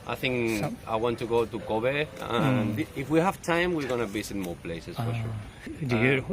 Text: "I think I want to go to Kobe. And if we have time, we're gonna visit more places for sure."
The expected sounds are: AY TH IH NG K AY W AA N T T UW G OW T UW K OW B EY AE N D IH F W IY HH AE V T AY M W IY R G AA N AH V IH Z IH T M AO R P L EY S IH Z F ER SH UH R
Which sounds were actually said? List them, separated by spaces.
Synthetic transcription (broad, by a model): AY TH IH NG K AY W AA N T T UW G OW T UW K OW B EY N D IH F W IY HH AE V T AY M W IY R G AA N AH B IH S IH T M AO R P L EY S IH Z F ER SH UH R